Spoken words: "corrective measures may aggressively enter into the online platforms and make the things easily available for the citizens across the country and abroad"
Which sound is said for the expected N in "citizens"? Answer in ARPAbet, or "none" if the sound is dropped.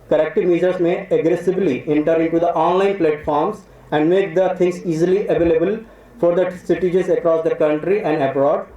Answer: none